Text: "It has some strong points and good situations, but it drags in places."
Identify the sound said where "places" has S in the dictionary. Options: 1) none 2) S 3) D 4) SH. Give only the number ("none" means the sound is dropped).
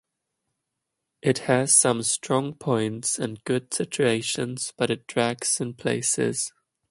2